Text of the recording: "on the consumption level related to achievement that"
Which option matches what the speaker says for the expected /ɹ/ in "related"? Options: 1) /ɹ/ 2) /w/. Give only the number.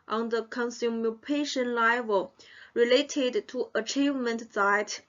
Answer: 1